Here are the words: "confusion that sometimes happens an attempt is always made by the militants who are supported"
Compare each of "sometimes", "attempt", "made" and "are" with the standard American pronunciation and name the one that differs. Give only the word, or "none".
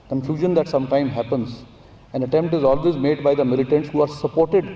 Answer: sometimes